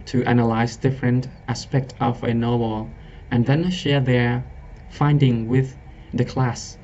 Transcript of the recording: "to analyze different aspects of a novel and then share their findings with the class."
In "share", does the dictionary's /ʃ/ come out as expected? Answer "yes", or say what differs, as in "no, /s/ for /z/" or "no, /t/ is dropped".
yes